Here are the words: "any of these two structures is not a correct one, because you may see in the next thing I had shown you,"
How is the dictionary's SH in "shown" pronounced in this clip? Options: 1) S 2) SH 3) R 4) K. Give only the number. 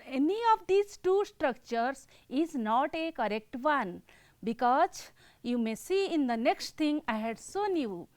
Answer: 1